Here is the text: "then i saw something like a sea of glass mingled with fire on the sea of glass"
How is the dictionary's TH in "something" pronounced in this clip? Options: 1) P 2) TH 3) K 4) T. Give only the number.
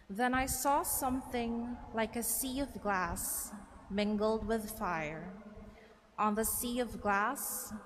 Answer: 2